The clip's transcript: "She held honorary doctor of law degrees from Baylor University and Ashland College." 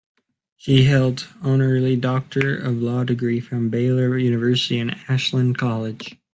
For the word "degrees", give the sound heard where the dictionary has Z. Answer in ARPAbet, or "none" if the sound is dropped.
none